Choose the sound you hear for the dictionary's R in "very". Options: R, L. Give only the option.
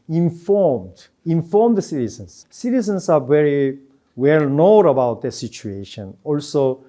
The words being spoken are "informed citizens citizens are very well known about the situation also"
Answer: R